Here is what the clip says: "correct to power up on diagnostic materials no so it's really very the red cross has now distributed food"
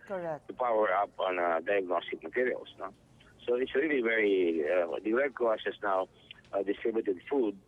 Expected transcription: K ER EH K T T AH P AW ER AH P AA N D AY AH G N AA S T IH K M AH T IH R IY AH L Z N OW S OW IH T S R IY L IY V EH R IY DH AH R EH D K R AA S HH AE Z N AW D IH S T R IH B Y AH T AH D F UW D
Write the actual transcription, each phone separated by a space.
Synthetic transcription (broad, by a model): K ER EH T T AH P AW ER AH P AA N D AY AH G N AA S T IH K M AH T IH R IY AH L S N OW S OW IH T S R IY L IY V EH R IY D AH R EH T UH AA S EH S N AW D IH S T R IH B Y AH T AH D F UW D